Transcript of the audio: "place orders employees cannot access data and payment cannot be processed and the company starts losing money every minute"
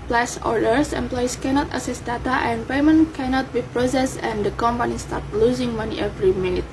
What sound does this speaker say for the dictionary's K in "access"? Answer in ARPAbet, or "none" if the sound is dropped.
none